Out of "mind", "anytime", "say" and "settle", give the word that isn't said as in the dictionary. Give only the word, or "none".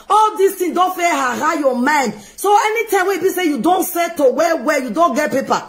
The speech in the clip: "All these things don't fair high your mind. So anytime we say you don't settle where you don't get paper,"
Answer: settle